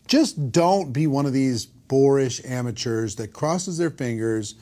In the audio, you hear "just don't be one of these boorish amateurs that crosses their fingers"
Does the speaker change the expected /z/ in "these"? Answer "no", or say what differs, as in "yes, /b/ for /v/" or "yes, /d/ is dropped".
no